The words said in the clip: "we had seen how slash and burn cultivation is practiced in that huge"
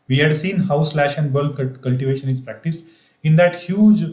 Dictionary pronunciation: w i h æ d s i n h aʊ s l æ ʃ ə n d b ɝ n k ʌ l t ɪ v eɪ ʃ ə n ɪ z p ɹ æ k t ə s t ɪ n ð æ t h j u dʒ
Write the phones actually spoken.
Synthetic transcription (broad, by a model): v i h æ d s i n h aʊ s l æ ʃ ə n d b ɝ l k ʌ l t ɪ v eɪ ʃ ə n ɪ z p ɹ æ k t ə s t ɪ n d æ t h j u dʒ